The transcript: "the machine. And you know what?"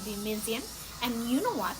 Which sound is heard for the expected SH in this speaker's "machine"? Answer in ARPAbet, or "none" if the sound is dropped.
S